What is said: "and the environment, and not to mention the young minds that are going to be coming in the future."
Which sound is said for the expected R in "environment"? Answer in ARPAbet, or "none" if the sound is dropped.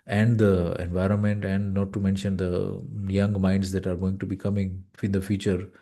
R